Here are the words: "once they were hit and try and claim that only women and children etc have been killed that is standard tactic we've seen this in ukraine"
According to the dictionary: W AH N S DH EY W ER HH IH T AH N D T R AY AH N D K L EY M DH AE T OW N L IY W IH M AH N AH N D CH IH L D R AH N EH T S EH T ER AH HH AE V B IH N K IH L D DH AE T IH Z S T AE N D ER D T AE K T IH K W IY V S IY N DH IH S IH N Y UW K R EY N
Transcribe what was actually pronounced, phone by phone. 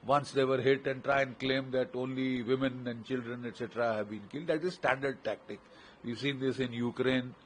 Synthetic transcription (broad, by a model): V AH N S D EY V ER HH IH T AH N D T R AY AH N D K L EY M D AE T OW N L IY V IH M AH N AH N D CH IH L D R AH N EH T S EH T ER AH HH AE V B IH N K IH L D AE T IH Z S T AE N D ER D T AE K T IH K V IY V S IY N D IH S IH N Y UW K R EY N